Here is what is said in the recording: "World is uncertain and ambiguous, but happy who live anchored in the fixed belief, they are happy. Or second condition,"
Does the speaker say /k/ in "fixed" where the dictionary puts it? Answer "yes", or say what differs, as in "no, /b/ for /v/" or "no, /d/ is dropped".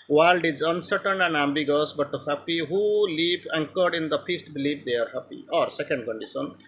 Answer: no, /k/ is dropped